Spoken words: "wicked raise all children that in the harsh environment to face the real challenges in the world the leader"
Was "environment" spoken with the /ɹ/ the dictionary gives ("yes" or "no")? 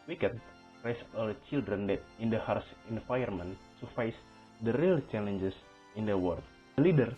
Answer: no